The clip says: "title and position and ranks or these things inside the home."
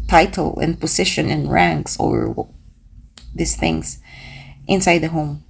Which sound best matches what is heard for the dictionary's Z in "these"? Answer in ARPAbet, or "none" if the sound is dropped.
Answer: S